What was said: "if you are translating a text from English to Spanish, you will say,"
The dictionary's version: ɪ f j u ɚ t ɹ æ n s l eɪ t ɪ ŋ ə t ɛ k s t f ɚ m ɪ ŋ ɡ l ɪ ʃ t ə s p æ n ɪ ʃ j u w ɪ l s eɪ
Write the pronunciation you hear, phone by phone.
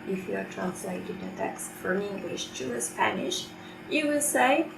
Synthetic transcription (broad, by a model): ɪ f j u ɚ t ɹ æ n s l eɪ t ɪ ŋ ə t ɛ k s t f ɚ m ɪ ŋ ɡ l ɪ ʃ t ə s p æ n ɪ ʃ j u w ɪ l s eɪ